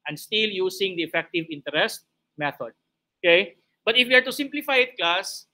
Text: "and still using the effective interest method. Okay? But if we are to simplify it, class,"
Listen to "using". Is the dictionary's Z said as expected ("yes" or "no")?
no